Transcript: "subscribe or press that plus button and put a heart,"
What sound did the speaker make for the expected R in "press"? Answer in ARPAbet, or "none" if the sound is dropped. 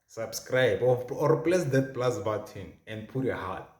L